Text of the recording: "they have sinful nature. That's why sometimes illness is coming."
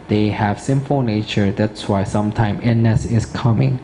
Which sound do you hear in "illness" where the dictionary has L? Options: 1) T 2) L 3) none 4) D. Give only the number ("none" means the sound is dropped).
3